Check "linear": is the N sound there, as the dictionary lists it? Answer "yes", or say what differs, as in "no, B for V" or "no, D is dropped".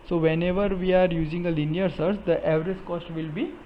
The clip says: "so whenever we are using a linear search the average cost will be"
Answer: yes